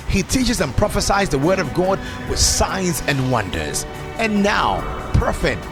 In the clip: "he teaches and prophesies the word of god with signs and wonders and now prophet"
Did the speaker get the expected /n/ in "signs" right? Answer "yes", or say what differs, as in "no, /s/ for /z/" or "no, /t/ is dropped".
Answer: yes